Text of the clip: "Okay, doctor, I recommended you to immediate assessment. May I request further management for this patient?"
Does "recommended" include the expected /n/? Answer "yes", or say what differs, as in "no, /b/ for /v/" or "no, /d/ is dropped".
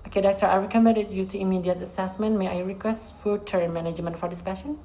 no, /n/ is dropped